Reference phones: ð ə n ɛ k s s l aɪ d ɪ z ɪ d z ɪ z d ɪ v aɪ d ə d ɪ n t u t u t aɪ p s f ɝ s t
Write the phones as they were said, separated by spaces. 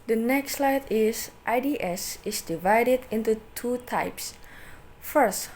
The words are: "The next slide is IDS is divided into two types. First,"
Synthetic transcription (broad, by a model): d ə n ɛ k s s l aɪ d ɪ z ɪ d s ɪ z d ɪ v aɪ d ə d ɪ n t u t u t aɪ p s f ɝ s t